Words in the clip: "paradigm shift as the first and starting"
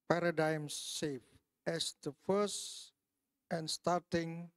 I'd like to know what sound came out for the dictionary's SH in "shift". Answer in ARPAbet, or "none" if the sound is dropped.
S